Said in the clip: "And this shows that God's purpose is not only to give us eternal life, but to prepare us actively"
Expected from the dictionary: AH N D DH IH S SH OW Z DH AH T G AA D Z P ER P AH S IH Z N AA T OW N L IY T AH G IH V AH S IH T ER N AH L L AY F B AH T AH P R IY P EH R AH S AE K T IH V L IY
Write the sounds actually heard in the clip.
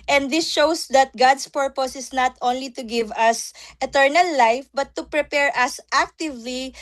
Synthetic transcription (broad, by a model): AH N D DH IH S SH OW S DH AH T G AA D S P ER P AH S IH S N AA T OW N L IY T AH G IH V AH S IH T ER N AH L L AY F B AH T AH P R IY P EH R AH S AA K T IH V L IY